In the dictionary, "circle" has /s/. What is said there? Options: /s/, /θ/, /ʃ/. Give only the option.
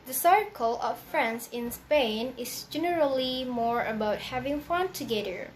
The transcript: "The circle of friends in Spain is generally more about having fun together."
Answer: /s/